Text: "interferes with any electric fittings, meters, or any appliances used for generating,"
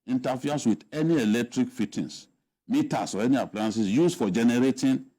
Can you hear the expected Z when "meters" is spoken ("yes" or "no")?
no